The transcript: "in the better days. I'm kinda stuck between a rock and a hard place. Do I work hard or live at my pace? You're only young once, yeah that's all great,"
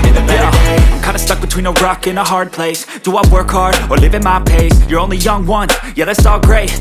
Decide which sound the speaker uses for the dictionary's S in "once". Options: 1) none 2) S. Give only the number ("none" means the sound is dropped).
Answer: 1